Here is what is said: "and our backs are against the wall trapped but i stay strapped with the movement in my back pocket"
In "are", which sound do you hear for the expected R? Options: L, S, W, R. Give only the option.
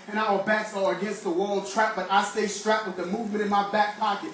L